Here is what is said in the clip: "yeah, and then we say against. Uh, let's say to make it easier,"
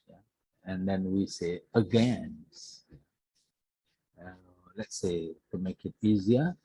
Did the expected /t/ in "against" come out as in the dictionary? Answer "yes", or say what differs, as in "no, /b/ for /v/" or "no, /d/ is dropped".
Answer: no, /t/ is dropped